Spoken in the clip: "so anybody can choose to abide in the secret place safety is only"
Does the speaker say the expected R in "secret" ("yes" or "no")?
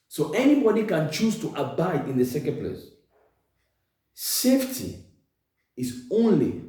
no